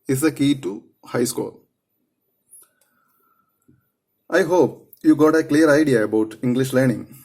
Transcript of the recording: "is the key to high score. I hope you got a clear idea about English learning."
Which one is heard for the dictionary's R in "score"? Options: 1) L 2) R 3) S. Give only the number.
1